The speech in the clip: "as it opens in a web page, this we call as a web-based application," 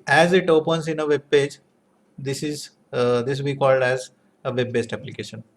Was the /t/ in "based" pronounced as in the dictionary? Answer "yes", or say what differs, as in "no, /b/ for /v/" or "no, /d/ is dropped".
yes